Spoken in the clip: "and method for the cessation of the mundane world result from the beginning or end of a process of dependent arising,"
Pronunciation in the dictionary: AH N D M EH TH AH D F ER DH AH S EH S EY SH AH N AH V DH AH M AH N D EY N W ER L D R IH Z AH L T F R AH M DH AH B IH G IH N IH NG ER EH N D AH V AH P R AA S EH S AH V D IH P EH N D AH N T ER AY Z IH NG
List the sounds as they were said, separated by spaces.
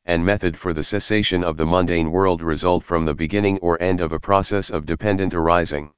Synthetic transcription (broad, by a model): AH N M EH TH AH D F ER DH AH S EH S EY SH AH N AH V DH AH M AH N D EY N W ER L D R IH Z AH L T F R AH M DH AH B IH G IH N IH NG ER EH N D AH V AH P R AA S EH S AH V D IH P EH N D AH N T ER AY Z IH NG